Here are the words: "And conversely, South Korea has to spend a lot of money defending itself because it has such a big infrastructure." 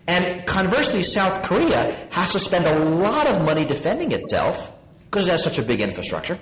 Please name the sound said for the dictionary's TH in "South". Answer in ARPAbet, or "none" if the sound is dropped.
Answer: TH